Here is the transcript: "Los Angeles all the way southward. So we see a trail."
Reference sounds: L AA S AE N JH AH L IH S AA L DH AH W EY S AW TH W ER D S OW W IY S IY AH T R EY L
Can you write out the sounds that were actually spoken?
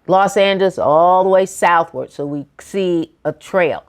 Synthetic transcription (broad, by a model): L AA S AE N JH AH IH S AA L DH AH W EY S AW TH W ER D S OW W IY S IY AH T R EY L